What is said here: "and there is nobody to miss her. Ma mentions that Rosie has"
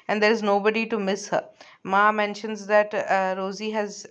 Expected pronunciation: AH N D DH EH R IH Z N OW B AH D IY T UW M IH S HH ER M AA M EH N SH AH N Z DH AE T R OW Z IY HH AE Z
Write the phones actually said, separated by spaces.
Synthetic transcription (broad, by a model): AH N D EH R IH Z N OW B AH D IY T UW M IH S HH ER M AA M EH N SH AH N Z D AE T R OW Z IY HH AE Z